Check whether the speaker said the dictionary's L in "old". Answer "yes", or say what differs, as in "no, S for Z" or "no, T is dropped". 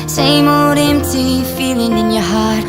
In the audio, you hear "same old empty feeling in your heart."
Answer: no, L is dropped